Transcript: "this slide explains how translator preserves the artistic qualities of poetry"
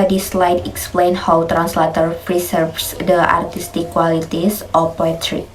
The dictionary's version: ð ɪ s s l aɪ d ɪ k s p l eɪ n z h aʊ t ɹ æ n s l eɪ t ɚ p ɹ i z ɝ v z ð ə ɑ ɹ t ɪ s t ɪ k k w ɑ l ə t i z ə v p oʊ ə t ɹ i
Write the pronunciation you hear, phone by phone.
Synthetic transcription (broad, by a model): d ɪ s s l aɪ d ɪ k s p l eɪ n h aʊ t ɹ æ n s l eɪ t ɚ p ɹ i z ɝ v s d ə ɑ ɹ t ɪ s t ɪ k k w ɑ l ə t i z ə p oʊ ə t ɹ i